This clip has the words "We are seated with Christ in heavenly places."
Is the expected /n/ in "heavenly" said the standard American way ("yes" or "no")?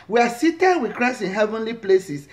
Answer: yes